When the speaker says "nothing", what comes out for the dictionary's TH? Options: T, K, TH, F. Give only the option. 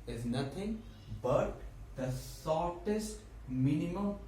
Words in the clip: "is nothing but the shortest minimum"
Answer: T